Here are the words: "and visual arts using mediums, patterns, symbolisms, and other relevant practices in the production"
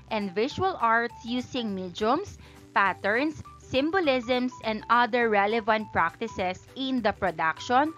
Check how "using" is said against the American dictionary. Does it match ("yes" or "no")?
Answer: no